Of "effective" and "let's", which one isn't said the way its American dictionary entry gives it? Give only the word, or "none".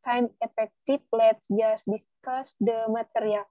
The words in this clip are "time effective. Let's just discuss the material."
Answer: effective